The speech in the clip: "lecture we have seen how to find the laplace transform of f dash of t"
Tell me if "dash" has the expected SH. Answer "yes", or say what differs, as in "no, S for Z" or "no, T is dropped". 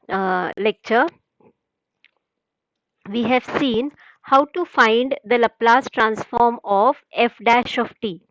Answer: yes